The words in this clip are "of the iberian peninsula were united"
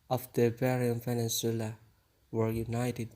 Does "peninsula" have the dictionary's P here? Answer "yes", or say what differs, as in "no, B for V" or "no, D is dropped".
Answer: no, F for P